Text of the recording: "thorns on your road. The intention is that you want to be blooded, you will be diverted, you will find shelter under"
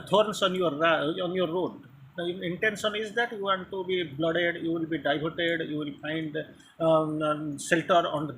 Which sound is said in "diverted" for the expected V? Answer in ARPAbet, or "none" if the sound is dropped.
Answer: B